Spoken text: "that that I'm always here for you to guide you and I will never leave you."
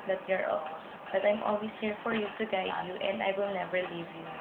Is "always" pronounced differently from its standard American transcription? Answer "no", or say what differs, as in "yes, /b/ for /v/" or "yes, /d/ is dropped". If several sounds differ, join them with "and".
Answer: yes, /s/ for /z/